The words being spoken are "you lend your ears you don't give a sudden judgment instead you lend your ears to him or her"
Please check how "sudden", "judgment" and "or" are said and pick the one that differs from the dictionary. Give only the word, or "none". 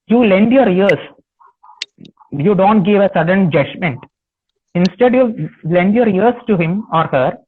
none